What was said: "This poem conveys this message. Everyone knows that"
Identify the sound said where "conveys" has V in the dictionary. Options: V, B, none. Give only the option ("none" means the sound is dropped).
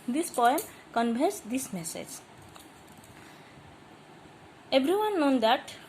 B